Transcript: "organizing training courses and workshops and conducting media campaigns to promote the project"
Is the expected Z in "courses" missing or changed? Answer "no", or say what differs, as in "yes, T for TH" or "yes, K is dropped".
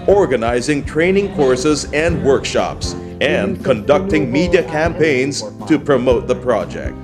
no